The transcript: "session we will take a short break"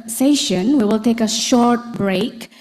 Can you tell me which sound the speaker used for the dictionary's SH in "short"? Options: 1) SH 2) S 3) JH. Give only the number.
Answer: 1